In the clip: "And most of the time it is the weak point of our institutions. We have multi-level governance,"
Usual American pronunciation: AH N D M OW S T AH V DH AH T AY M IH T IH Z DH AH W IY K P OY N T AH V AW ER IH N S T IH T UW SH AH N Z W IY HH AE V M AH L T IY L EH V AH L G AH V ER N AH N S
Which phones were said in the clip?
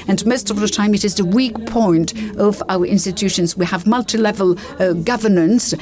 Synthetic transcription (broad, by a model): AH N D M OW S T AH V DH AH T AY M IH T IH Z DH AH W IY K P OY N T AH V AW ER IH N S T IH T UW SH AH N Z W IY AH V M AH L T IY L EH V AH L G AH V ER N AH N S